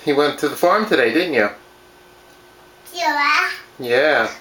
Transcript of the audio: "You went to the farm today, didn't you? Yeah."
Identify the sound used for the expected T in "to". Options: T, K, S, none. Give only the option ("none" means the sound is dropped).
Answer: T